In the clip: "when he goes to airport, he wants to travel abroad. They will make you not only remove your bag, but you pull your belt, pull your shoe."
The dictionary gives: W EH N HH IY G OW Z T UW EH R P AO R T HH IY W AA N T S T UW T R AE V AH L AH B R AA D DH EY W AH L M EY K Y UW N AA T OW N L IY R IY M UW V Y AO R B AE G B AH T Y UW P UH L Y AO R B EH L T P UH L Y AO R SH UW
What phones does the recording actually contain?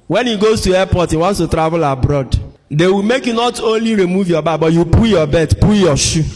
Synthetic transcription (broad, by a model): W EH N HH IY G OW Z T UW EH P AO T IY W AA N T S T UW T R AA V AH L AH B R AA D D EY W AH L M EY K Y UW N AA T OW N L IY R IY M UW V Y AO B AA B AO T Y UW P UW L Y AO B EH T P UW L Y AO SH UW